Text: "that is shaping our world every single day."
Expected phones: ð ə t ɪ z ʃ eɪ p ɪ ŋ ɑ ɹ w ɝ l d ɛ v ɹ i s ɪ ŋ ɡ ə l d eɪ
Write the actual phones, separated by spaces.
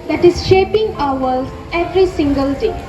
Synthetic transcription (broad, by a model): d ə t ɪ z ʃ eɪ p ɪ ŋ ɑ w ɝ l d ɛ v ɹ i s ɪ ŋ ɡ ə l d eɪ